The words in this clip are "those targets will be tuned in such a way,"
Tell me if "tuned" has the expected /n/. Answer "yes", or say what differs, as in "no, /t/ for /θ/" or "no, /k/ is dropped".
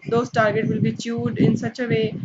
no, /n/ is dropped